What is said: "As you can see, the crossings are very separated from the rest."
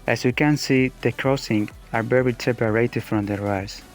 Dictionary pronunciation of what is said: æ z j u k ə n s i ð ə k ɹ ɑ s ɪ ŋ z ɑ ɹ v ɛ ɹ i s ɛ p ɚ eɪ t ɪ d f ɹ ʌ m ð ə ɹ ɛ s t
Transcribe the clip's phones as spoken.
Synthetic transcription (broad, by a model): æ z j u k ə n s i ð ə k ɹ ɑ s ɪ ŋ ɑ ɹ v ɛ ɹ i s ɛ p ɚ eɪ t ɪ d f ɹ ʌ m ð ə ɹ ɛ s